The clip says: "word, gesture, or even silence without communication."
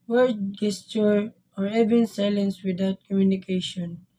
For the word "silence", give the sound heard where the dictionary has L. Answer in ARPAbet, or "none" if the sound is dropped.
L